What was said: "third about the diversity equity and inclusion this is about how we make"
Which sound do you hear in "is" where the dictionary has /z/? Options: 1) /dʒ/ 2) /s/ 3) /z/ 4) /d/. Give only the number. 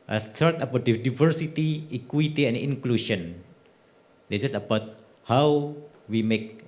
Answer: 2